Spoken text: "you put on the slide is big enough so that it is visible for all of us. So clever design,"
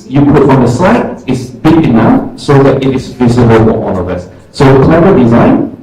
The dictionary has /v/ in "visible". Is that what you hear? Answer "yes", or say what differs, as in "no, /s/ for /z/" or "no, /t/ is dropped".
yes